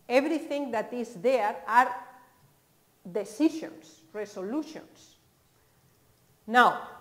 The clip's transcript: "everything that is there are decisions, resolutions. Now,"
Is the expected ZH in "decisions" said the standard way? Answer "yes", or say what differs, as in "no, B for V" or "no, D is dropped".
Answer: no, SH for ZH